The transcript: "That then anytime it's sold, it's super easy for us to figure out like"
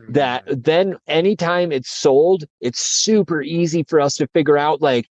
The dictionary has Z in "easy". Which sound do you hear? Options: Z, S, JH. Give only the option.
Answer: Z